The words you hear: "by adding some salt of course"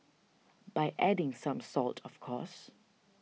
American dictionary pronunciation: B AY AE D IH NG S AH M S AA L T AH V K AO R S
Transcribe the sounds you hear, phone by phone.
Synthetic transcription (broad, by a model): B AY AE D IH NG S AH M S AA L T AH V K AO S